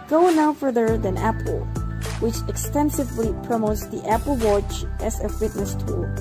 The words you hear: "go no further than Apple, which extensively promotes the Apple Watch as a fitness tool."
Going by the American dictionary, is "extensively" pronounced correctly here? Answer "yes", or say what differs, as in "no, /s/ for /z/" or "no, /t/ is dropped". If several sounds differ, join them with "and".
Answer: yes